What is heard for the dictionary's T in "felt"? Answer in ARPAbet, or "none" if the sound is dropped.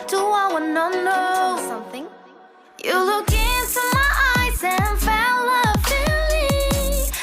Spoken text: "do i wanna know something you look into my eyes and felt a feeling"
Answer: none